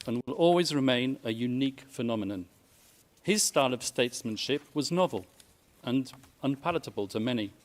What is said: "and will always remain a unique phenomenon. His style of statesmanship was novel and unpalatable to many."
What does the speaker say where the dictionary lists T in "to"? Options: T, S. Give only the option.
T